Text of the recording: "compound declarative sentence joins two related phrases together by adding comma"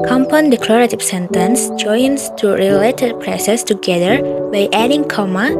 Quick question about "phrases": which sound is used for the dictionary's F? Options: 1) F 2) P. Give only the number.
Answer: 2